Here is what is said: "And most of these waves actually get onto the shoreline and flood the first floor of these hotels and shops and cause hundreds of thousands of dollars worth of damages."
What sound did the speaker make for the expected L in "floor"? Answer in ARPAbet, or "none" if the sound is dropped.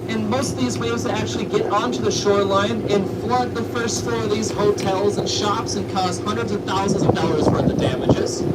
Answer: none